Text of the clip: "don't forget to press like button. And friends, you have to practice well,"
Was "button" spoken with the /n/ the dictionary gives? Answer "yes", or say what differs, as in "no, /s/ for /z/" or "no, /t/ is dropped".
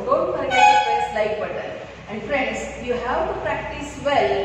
no, /n/ is dropped